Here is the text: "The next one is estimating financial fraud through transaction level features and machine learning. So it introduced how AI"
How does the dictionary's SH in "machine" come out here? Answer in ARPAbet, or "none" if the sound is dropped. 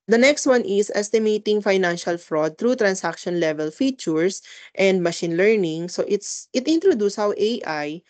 SH